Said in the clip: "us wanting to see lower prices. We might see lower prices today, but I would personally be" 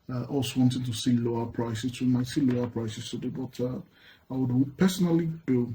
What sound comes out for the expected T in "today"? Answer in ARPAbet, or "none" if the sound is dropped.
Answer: S